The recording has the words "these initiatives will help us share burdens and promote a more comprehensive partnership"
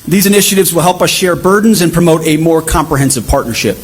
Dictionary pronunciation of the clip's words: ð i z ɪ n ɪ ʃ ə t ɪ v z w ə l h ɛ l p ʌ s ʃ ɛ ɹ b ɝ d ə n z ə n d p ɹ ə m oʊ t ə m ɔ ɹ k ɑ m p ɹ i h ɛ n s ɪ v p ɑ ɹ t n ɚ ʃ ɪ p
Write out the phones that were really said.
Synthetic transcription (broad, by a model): ð i z ɪ n ɪ ʃ ə t ɪ v z w ə l h ɛ l p ʌ s ʃ ɛ ɹ b ɝ d n z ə n p ɹ ə m oʊ t ə m ɔ ɹ k ɑ m p ɹ i h ɛ n s ɪ v p ɑ ɹ t n ɚ ʃ ɪ p